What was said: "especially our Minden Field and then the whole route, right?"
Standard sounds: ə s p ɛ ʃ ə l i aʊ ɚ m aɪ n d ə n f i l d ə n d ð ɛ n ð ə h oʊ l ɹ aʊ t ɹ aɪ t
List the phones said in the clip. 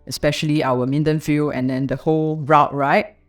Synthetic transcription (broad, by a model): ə s p ɛ ʃ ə l i aʊ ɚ m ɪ n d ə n f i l ə n d ɛ n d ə h oʊ l ɹ aʊ t ɹ aɪ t